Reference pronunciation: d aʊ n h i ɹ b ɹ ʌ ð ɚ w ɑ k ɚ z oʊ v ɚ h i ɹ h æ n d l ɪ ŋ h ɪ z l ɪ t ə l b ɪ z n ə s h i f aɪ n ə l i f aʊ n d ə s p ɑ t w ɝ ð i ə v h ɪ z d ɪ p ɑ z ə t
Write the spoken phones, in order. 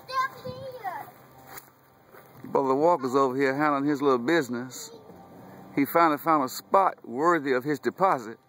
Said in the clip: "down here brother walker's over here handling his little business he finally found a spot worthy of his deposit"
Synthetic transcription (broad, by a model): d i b ʌ ð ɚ w ɑ k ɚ z oʊ v ɚ h i ɹ h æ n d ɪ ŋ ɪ z l ɪ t l b ɪ z n ə s h i f aɪ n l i f aʊ n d ə s p ɑ t w ɝ ð i ə v ɪ z d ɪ p ɑ z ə t